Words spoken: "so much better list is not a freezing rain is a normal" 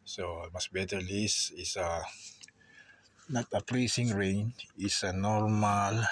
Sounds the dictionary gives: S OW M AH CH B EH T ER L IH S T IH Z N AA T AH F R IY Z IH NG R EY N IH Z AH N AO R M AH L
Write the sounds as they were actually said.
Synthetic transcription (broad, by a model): S OW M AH S B EH T ER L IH S IH S N AA T AH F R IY S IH NG R EY N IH S AH N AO R M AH L